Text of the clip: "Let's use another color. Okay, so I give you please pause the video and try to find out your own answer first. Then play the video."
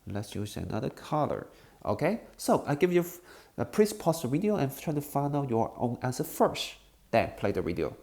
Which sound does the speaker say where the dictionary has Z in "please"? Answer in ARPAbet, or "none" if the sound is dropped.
S